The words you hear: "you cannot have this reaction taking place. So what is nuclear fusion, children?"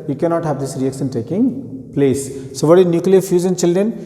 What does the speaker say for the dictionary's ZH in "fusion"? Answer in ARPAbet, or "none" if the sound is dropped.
Z